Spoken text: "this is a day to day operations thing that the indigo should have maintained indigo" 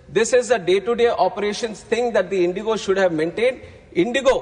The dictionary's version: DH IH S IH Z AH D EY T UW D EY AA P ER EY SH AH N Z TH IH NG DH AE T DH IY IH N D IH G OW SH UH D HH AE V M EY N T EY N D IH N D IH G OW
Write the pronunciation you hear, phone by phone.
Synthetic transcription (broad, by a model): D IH S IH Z AH D EY T UW D EY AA P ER EY SH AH N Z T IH NG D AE T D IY IH N D IH G OW SH UH D HH AE V M EY N T EY N D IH N D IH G OW